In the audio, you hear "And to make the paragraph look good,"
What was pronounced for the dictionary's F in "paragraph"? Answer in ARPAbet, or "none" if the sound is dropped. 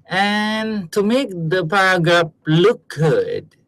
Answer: P